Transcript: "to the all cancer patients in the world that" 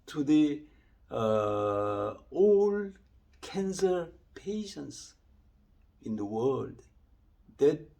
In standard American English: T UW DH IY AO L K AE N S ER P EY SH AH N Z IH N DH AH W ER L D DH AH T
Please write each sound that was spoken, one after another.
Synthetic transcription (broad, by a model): T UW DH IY AO L K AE N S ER P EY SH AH N S IH N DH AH W ER L D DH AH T